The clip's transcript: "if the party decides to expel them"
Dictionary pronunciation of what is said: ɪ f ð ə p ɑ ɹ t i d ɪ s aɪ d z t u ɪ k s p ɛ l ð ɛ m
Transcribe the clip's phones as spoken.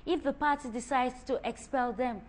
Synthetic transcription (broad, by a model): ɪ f ð ə p ɑ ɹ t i d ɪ s aɪ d t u ɪ k s p ɛ l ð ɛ m